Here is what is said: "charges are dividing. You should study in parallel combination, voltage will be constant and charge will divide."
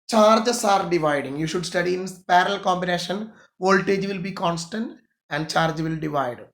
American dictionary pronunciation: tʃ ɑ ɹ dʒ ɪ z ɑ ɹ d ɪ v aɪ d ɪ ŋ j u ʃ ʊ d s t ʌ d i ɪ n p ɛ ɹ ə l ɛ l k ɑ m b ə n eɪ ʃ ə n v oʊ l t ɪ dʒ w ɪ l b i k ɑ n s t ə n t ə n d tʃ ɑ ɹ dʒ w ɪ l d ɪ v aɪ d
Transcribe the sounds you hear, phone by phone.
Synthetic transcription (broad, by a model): tʃ ɑ ɹ dʒ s ɑ ɹ d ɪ v aɪ d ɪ ŋ j u ʃ ʊ d s t ʌ d i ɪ n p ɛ ɹ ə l l k ɑ m b ə n eɪ ʃ ə n v oʊ l t ɪ dʒ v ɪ l b i k ɑ n s t ə n t ə n d tʃ ɑ ɹ dʒ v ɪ l d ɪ v aɪ d